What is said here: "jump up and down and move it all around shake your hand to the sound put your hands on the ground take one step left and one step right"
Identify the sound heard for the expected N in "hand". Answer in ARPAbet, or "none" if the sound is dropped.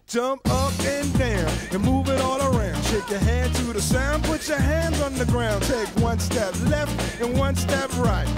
none